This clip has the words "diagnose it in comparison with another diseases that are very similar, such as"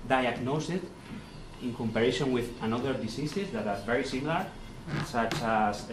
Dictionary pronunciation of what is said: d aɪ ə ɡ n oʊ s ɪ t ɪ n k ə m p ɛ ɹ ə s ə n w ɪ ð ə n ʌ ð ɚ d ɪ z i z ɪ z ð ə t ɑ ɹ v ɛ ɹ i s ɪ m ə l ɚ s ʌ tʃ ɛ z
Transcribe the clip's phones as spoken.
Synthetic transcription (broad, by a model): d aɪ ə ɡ n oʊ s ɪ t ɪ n k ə m p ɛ ɹ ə ʃ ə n w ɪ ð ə n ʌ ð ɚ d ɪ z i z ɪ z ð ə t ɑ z v ɛ ɹ i s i m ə l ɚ s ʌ tʃ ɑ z